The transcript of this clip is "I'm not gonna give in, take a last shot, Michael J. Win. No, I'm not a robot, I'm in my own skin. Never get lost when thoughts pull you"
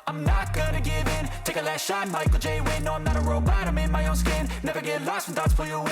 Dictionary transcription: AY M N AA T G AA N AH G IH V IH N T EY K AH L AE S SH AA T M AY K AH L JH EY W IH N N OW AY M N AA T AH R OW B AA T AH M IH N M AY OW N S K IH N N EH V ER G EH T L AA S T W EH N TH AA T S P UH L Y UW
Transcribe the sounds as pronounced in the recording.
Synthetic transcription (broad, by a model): AY M N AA T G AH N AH G IH V IH N T EY K AH L AE S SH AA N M AY K L JH EY W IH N N OW AY M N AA T AH R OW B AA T AH M IH N M AY OW N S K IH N N EH V ER G EH T L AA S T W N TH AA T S F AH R Y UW